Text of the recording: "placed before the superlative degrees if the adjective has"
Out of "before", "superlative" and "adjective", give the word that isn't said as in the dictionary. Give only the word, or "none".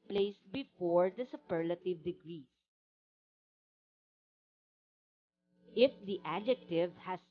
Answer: none